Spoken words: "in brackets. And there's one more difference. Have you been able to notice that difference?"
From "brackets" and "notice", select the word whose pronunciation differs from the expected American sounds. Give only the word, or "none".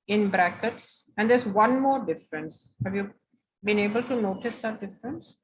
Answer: none